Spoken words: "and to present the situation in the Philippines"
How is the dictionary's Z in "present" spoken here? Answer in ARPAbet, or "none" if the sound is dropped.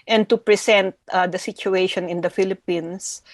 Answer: S